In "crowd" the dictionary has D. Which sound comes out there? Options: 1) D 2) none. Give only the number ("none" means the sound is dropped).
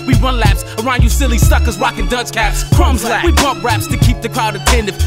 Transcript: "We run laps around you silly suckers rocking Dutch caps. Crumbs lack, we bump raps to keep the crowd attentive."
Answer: 1